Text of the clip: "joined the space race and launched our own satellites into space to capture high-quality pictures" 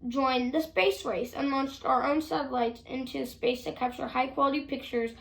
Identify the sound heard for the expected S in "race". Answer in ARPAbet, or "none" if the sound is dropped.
S